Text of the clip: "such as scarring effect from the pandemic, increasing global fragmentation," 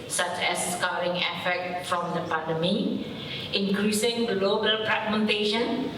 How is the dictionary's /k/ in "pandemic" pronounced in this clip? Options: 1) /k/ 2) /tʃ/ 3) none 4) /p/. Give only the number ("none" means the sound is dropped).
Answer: 3